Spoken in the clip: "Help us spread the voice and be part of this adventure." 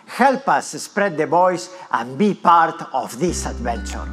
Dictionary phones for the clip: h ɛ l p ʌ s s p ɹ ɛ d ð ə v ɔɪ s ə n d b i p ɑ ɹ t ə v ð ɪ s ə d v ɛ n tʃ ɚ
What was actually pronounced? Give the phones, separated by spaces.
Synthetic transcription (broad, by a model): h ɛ l p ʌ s s p ɹ ɛ d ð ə b ɔɪ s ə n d b i p ɑ ɹ t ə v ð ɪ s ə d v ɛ n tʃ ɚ